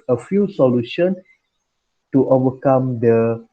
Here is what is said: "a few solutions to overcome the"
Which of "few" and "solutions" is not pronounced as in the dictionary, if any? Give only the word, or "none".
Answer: solutions